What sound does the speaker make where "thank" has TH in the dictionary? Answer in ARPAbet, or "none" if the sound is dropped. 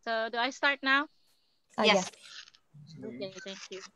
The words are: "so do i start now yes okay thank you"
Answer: T